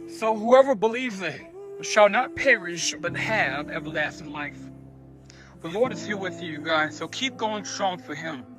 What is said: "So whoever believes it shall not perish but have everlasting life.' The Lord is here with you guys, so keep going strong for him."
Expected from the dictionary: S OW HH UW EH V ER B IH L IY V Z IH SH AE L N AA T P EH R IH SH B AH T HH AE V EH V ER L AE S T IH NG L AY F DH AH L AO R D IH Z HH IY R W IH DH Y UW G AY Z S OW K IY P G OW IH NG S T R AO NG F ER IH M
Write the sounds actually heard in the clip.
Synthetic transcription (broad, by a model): S OW HH UW EH V ER B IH L IY V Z IH SH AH L N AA T P EH R IH SH B AH T HH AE V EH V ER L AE S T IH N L AY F DH AH L AO R D IH Z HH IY L W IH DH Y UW G AY Z S OW K IY P G OW IH NG S T R AO NG F ER IH M